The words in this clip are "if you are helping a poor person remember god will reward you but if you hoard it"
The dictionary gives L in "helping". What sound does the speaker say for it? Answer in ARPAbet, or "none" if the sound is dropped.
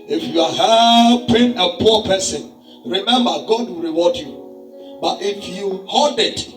none